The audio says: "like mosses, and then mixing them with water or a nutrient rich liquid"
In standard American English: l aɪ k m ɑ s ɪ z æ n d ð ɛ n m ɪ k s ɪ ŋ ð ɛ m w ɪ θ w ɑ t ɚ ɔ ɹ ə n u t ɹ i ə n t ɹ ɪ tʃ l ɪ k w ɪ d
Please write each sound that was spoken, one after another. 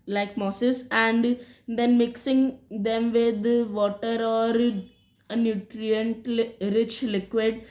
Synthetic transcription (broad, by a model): l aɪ k m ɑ s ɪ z æ n d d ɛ n m ɪ k s ɪ ŋ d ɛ m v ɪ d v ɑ t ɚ ɔ ɹ ə n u t ɹ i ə n t ɹ ɪ tʃ l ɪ k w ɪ d